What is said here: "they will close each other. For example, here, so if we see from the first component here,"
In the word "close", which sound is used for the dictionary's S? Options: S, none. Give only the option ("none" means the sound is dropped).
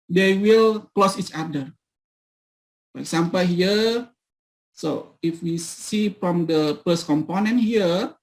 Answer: S